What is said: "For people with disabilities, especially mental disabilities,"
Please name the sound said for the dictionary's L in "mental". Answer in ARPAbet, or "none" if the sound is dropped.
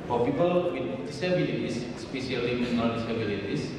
N